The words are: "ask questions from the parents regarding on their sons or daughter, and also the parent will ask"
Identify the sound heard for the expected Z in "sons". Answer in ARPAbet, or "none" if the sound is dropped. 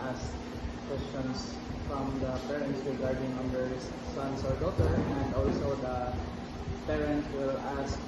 S